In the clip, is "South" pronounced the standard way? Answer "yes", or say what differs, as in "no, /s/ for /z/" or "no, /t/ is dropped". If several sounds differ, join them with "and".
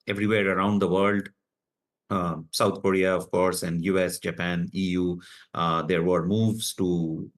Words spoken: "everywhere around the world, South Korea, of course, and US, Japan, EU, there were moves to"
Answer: no, /t/ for /θ/